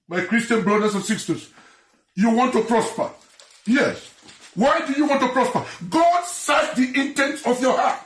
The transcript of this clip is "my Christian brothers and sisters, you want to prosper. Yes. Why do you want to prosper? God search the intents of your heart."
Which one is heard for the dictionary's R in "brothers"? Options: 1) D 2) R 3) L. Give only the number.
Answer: 3